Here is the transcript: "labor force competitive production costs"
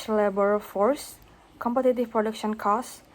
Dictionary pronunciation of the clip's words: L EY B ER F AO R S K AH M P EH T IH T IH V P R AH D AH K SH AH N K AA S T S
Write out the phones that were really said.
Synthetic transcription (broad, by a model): L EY B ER F AO R S K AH M P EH T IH T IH F P R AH D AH K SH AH N K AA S S